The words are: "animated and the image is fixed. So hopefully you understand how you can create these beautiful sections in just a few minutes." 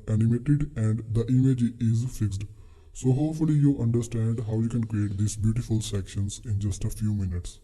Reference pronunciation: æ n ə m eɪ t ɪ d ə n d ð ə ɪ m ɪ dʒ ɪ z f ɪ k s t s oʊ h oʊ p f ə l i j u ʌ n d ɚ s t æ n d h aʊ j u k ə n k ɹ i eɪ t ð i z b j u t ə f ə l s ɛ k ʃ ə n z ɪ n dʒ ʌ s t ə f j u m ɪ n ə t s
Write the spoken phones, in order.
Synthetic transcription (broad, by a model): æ n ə m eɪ t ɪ d ə n d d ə ɪ m ɪ dʒ ɪ z f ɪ k s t s oʊ h oʊ p f ə l i j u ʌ n d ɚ s t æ n d h aʊ j u k ə n k ɹ i eɪ t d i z b j u t ə f ə l s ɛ k ʃ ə n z ɪ n dʒ ʌ s t ə f j u m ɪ n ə t s